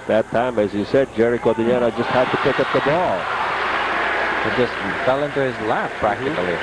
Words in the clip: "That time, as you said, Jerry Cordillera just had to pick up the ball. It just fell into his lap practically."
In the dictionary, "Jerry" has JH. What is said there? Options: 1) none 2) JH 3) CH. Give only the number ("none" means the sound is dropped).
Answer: 2